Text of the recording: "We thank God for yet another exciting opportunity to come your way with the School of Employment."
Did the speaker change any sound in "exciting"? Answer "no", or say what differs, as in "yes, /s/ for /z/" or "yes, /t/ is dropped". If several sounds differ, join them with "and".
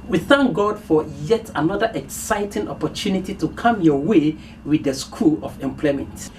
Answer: no